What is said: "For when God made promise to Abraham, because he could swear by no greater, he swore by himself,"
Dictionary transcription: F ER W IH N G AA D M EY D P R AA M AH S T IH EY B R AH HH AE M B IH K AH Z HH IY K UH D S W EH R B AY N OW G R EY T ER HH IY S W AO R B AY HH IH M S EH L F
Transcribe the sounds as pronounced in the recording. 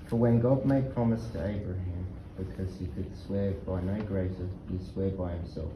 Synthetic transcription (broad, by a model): F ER W IH N G AA D M EY D P R AA M AH S T IH EY B R AH HH AE M B IH K AH Z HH IY K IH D S W EH R B AY N OW G R EY S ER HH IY S W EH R B AY HH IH M S EH L F